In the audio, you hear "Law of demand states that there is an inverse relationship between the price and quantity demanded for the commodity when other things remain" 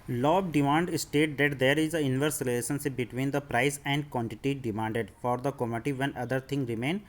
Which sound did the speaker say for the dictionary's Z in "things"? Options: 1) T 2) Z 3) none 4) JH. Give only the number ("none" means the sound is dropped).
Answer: 3